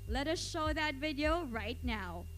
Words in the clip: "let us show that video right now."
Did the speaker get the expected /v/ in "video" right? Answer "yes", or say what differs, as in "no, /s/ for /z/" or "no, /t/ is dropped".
yes